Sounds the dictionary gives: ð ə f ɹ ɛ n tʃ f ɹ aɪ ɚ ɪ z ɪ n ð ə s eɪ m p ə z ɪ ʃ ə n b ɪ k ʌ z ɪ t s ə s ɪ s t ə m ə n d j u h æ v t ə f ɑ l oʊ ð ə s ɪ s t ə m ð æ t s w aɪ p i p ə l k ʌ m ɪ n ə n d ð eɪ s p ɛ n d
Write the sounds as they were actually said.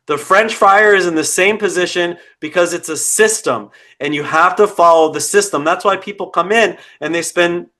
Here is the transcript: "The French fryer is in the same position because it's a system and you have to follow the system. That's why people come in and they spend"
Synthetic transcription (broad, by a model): ð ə f ɹ ɛ n tʃ f aɪ ɚ ɪ z ɪ n ð ə s eɪ m p ə z ɪ ʃ ə n b ɪ k ʌ z ɪ t s ə s ɪ s t ə m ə n j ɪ h æ f t ə f ɑ l oʊ ð ə s ɪ s t ə m ð æ t s w aɪ p i p l k ʌ m ɪ n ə n ð eɪ s p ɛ n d